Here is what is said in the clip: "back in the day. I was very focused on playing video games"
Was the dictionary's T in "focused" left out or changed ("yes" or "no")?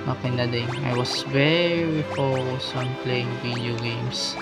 yes